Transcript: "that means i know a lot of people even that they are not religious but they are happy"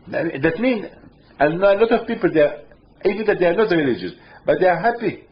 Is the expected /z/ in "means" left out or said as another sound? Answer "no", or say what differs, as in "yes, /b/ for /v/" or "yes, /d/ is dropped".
yes, /z/ is dropped